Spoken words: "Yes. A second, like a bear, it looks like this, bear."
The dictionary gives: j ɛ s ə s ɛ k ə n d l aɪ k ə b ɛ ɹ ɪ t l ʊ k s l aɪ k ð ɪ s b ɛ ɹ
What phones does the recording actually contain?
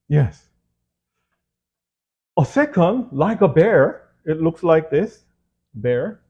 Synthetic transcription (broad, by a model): j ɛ s ə s ɛ k ə n d l aɪ k ə b ɛ ɹ ɪ t l ʊ k s l aɪ k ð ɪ s b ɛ ɹ